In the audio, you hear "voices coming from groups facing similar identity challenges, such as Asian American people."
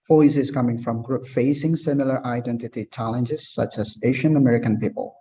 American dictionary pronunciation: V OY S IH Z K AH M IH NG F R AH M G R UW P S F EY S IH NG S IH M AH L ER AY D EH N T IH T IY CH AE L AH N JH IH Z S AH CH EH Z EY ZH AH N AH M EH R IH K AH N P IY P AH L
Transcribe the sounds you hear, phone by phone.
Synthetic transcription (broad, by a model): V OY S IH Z K AH M IH NG F R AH M G R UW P F EY S IH NG S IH M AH L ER AY D EH N T IH T IY CH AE L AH N JH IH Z S AH CH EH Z EY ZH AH N AH M EH R IH K AH N P IY P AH L